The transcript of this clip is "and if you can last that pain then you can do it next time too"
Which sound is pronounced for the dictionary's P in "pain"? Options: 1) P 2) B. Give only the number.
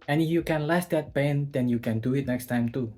2